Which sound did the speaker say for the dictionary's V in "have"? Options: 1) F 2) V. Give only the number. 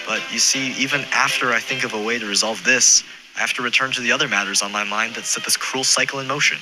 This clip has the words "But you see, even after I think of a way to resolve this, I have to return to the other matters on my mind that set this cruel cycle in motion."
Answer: 1